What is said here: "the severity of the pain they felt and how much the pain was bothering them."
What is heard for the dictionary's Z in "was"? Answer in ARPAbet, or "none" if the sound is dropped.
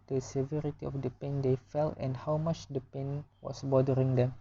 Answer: S